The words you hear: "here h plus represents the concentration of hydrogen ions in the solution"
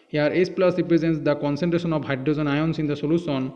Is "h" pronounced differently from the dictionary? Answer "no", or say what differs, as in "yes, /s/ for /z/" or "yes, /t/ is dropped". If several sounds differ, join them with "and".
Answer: yes, /s/ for /tʃ/